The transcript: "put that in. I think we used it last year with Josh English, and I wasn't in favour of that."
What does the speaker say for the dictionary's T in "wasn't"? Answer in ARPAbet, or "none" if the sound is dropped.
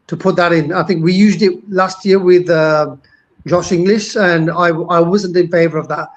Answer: T